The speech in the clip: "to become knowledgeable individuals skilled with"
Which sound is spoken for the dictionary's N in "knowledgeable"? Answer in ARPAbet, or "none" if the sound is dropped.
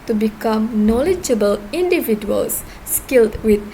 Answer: N